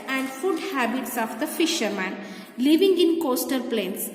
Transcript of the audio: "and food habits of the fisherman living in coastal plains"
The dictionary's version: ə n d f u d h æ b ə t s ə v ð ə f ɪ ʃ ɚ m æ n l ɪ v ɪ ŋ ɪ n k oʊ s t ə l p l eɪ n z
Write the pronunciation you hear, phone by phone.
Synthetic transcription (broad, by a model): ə n d f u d h æ b ə t s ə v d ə f ɪ ʃ ɚ m æ n l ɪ v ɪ ŋ ɪ n k oʊ s t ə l p l eɪ n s